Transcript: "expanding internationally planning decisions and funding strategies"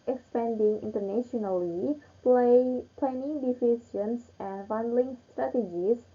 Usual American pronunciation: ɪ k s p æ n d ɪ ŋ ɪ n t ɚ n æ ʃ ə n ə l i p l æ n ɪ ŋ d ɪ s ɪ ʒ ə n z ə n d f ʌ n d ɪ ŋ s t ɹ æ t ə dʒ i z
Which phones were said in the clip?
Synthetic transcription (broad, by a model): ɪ k s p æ n d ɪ ŋ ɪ n t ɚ n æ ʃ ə n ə l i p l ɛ n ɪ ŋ d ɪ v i s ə n s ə n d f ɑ n d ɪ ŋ s t ɹ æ t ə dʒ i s